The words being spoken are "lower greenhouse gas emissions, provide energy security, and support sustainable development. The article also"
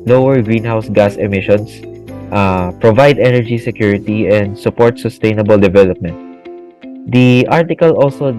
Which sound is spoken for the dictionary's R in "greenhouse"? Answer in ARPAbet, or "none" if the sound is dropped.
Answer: R